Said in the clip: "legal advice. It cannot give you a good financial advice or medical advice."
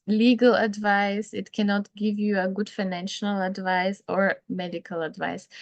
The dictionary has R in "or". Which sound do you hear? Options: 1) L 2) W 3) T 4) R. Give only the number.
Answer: 4